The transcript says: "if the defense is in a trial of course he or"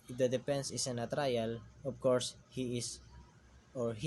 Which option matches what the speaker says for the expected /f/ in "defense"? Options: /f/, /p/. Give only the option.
/p/